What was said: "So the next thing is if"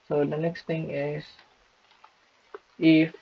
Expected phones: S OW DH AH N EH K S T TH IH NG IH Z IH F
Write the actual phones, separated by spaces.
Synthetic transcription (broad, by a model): S OW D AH N EH K S T T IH NG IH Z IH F